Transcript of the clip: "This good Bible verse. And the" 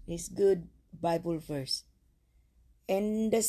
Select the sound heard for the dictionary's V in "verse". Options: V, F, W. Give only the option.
F